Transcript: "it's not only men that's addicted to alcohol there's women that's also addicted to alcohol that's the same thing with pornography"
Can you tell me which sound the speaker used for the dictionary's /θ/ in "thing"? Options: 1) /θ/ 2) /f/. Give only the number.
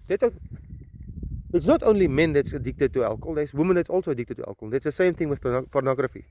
1